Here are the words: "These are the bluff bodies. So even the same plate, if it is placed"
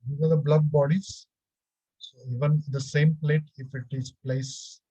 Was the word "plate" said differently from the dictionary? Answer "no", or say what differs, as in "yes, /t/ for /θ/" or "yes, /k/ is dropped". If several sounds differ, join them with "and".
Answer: no